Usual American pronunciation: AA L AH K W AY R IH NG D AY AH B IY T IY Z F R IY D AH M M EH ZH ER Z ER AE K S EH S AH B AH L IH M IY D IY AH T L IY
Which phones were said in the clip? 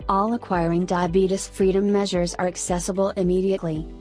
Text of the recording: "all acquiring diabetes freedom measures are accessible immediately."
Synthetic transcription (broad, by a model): AA L AH K W AY R IH NG D AY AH B IY T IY S F R IY D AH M M EH ZH ER Z ER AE K S EH S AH B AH L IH M IY D IY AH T L IY